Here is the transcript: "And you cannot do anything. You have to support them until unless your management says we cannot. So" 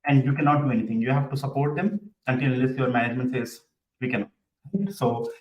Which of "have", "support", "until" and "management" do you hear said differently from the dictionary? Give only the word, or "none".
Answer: until